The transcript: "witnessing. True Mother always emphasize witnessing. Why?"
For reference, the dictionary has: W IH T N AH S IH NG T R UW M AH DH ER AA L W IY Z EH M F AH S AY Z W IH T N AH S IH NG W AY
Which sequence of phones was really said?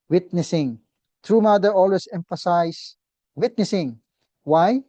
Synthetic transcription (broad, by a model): W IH T N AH S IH NG T R UW M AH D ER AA L W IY S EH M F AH S AY S W IH T N AH S IH NG W AY